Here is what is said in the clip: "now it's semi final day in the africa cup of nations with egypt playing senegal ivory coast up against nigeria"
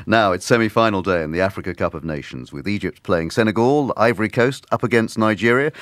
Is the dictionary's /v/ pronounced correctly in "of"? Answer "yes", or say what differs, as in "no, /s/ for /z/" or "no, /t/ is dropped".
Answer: yes